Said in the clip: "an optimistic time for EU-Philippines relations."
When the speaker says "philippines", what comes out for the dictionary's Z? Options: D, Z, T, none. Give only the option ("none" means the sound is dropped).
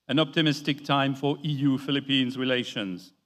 Z